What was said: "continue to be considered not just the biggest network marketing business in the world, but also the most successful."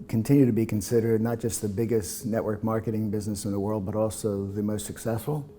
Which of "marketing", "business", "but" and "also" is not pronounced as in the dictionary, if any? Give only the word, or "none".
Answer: none